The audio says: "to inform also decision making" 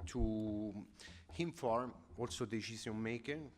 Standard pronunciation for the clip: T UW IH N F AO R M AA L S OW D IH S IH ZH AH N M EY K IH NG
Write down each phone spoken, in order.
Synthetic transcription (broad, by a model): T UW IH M F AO R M AA L S OW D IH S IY Z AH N M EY K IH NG